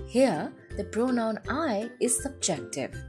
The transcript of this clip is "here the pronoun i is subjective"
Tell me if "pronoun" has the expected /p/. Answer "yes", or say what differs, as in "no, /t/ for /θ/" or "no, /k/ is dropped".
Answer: no, /b/ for /p/